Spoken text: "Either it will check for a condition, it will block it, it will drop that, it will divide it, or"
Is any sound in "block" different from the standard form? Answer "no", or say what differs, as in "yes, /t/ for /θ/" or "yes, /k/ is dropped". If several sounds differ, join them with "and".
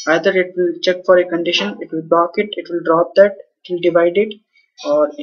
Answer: yes, /l/ is dropped